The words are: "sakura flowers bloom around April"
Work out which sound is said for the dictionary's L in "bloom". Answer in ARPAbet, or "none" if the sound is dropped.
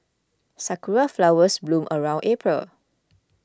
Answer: L